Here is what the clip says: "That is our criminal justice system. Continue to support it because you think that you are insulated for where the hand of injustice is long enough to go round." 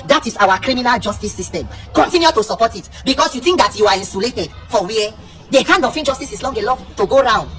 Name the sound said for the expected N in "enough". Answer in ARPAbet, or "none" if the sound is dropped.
L